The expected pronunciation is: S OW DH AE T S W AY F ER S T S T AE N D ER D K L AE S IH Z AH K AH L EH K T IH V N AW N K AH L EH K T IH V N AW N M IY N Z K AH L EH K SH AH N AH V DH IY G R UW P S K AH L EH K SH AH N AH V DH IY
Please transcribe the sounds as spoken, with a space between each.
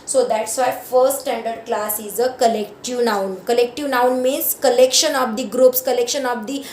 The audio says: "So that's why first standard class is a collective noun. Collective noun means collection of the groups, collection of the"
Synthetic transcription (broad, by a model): S OW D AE T S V AY F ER T S T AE N D ER D K L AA S IH Z AH K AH L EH K T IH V N AW N K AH L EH K T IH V N AW N M IY N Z K AH L EH K SH AH N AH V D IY G R UW P S K AH L EH K SH AH N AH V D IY